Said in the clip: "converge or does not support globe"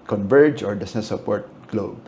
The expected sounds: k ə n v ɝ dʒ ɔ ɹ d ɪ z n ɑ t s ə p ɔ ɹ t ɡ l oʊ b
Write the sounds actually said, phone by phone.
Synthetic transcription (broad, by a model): k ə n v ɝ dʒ ɔ ɹ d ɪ s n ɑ s ə p ɔ ɹ t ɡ l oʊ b